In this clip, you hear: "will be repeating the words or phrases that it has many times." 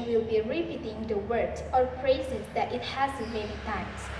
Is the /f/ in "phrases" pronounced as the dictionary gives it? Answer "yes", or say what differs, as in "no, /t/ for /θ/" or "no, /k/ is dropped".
no, /p/ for /f/